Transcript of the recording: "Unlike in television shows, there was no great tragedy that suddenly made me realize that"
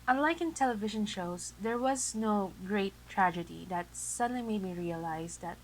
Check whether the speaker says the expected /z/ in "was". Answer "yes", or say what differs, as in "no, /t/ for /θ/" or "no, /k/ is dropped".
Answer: yes